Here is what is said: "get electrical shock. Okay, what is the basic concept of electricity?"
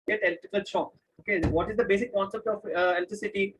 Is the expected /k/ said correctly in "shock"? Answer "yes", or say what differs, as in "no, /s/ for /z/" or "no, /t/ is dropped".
no, /k/ is dropped